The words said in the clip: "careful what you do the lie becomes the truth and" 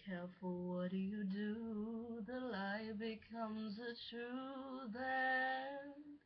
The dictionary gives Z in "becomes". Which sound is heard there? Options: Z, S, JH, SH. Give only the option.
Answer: Z